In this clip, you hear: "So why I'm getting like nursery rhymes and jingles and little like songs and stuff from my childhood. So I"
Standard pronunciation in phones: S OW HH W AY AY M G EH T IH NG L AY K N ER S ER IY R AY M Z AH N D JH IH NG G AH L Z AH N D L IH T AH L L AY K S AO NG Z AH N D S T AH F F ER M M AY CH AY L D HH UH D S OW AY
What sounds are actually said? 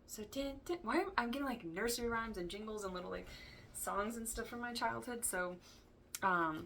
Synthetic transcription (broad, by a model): S OW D W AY AY M G EH T IH NG L AY K N ER S ER IY R AY M Z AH N JH IH NG G L Z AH N L IH T L L AY K S AO NG Z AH N S T AH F F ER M M AY CH AY L D HH UH D S OW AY